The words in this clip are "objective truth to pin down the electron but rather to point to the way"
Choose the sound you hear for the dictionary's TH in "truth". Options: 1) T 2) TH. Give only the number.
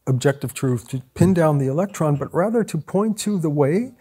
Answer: 2